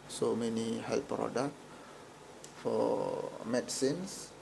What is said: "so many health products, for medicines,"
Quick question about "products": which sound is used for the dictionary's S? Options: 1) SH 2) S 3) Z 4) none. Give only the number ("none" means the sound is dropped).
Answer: 4